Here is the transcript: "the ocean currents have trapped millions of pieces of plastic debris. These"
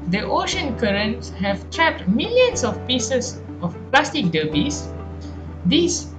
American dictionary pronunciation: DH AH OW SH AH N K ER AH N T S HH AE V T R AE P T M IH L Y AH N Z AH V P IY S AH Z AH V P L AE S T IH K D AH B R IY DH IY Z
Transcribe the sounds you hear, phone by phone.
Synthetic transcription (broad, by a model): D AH OW SH AH N K ER AH N T S HH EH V T R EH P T M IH L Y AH N S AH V P IY S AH S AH F P L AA S T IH K D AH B IY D IY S